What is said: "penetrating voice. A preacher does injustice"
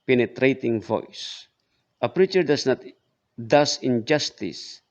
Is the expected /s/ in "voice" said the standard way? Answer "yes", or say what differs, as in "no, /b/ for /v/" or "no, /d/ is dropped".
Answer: yes